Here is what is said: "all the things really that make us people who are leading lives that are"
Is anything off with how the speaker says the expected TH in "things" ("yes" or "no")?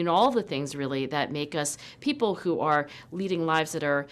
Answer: no